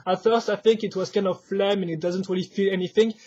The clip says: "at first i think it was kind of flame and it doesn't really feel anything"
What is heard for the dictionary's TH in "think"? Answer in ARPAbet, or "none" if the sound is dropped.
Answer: TH